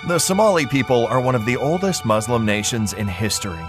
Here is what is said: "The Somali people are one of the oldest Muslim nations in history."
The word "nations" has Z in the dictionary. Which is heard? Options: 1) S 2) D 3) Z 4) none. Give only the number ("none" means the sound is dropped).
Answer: 3